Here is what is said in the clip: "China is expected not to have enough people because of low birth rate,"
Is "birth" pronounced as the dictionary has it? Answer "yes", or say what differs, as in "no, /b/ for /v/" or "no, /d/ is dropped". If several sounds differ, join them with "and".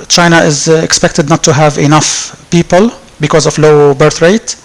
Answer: yes